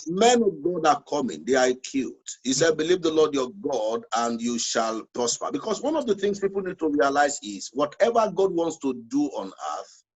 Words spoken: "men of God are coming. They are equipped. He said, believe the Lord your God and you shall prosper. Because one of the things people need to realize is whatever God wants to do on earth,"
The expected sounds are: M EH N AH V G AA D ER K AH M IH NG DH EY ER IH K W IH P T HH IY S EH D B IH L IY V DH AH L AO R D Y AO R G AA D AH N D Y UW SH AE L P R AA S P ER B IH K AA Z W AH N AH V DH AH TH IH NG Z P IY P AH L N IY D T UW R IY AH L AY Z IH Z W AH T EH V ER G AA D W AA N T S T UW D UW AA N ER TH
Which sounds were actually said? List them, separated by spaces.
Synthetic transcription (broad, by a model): M EH N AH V G AA D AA K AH M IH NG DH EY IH K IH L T HH IY S EH D B IH L IY V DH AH L AO D Y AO G AA D AH N D Y UW SH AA L P R AA S P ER B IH K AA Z W AH N AH V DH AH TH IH NG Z P IY P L N IY D T UW R IY AH L AY Z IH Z W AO T EH V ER G AA D W AA N T S T UW D UW AA N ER TH